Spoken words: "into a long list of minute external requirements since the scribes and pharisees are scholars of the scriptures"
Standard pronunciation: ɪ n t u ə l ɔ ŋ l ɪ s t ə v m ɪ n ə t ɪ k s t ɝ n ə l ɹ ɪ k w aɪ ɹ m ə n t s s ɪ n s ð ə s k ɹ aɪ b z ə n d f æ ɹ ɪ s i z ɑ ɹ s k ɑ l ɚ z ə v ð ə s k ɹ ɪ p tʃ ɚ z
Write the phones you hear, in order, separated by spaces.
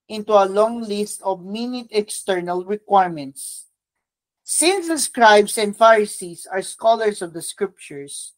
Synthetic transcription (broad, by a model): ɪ n t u ə l ɔ ŋ l ɪ s t ə v m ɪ n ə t ɪ k s t ɝ n ə l ɹ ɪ k w aɪ ɹ m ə n t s s ɪ n s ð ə s k ɹ aɪ b s ə n d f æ ɹ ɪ s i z ɑ ɹ s k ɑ l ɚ s ə v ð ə s k ɹ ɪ p tʃ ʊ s